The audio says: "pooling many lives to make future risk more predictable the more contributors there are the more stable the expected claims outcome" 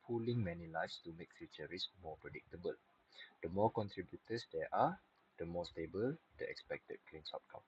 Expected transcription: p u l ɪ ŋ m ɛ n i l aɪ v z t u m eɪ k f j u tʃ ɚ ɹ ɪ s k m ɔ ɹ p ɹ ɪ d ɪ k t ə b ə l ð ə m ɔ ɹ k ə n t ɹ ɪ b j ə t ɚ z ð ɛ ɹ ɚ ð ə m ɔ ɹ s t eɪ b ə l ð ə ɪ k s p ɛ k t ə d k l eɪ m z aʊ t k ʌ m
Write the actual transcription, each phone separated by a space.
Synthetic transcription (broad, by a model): p u l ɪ ŋ m ɛ n i l aɪ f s t u m eɪ k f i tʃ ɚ ɹ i s m ɔ p ɹ ɪ d ɪ k t ə b ə l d ə m ɔ k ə n t ɹ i b j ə t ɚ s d ɛ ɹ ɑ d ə m ɔ s t eɪ b ə l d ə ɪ k s p ɛ k t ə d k l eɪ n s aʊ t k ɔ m